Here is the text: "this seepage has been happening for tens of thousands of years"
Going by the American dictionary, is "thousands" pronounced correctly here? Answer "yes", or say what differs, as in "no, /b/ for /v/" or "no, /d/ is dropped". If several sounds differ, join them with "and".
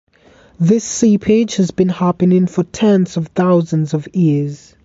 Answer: yes